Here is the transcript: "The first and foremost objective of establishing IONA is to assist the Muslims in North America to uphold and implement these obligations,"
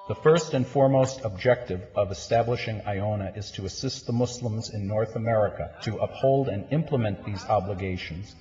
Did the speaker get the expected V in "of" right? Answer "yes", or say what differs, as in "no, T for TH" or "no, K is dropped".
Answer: yes